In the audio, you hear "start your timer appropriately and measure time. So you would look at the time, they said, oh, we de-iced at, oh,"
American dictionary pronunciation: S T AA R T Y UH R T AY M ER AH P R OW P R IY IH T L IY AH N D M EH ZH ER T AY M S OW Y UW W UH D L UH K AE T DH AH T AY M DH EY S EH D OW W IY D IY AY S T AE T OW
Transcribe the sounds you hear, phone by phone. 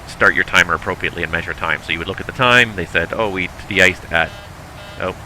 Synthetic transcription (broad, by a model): S T AA R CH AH R T AY M ER AH P R OW P R IY IH T L IY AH N M EH ZH ER T AY M S OW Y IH W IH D L UH K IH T DH AH T AY M DH EY S EH D OW W IY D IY AY S T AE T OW